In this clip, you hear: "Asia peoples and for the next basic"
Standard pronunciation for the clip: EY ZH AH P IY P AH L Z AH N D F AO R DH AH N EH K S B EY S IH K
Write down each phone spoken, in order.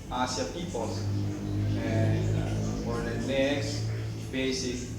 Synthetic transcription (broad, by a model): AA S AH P IY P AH L AH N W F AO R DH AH N EH K S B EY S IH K